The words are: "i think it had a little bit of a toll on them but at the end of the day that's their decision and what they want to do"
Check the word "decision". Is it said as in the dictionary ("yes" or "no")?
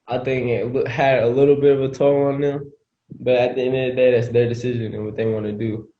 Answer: yes